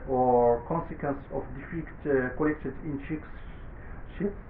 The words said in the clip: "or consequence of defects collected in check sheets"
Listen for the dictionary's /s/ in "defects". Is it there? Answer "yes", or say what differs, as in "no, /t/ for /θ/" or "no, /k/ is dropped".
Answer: no, /s/ is dropped